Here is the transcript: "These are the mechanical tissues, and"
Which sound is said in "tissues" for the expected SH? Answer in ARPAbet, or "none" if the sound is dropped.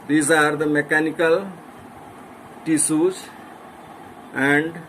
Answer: S